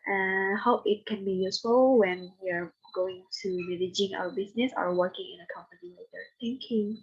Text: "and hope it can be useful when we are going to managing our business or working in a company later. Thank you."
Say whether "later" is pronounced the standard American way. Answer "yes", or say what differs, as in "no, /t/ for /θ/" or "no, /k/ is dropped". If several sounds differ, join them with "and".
no, /w/ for /l/